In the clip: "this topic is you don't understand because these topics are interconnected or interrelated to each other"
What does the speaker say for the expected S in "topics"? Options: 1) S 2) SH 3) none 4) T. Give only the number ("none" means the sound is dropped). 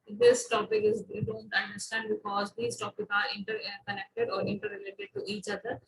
3